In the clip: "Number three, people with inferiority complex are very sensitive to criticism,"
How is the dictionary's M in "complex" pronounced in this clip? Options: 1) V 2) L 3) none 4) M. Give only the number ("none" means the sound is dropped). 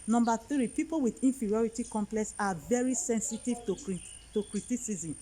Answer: 4